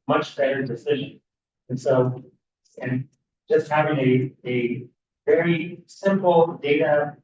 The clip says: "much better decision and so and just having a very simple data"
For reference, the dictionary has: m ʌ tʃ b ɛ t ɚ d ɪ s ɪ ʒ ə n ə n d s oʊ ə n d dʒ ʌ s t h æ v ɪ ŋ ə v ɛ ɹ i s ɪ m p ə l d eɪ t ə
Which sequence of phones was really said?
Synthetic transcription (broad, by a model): m ʌ tʃ b ɛ t ɚ d ɪ s ɪ ʒ ə n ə n s oʊ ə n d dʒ ʌ s t h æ v ɪ ŋ ə v ɛ ɹ i s ɪ m p l d eɪ t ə